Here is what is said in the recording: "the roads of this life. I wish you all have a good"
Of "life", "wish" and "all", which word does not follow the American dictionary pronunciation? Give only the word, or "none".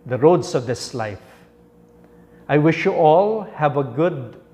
none